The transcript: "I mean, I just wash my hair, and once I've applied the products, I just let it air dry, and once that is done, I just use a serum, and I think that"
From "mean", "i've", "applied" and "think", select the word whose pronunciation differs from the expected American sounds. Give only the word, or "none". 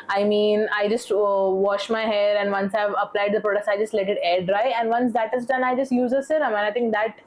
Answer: think